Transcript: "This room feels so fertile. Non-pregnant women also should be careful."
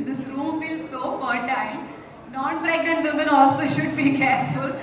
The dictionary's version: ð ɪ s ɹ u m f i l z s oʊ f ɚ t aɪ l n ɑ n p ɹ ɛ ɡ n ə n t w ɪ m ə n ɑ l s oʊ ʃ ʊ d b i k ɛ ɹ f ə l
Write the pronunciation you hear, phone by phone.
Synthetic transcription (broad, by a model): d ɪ s ɹ u m f i l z s oʊ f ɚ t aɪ n n ɑ n b ɹ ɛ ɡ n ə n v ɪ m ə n ɑ l s oʊ ʃ ʊ d b i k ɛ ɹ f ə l